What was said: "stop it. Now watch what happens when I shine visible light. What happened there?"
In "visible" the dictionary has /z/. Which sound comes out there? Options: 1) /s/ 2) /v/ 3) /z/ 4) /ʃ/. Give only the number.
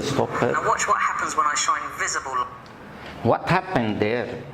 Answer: 3